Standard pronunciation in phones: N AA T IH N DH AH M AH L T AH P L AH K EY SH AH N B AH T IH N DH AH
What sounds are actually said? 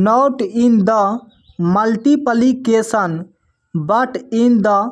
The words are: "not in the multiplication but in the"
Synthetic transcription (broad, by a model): N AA T IH N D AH M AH L T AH P L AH K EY S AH N B AH T IH N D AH